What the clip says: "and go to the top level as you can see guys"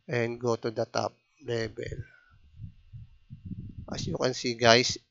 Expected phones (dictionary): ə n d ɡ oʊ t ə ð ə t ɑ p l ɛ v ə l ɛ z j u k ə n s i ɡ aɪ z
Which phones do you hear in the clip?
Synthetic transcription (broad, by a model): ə n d ɡ oʊ t ə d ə t ɑ p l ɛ b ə l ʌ s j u k ə n s i ɡ aɪ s